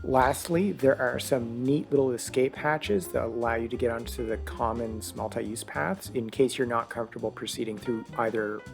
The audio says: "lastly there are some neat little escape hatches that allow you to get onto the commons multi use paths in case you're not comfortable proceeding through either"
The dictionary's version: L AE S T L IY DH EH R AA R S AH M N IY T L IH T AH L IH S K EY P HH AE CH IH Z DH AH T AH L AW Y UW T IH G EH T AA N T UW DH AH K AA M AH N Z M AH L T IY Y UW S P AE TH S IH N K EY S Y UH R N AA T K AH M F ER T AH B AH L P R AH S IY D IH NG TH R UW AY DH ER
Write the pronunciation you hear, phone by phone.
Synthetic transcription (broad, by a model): L AE S T L IY DH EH R AA R S AH M N IY T L IH T L IH S K EY P HH AE CH IH Z DH AH T AH L AW Y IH T IH G EH T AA N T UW DH AH K AA M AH N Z M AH L T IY Y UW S P AE TH S IH N K EY S Y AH R N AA T K AH M F T AH B L P R AH S IY D IH NG TH R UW AY DH ER